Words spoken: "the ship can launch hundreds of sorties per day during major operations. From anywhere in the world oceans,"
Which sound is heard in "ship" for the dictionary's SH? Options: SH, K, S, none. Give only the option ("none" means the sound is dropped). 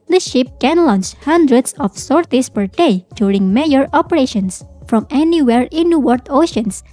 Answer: SH